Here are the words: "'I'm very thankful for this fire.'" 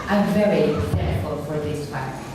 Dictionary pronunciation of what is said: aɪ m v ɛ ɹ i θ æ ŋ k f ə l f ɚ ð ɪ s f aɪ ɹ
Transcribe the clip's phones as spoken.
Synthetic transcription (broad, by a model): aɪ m v ɛ ɹ i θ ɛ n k ə l f ɚ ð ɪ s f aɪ